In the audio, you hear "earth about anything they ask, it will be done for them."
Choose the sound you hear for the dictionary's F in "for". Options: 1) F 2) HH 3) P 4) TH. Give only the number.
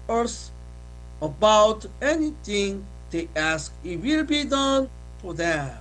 1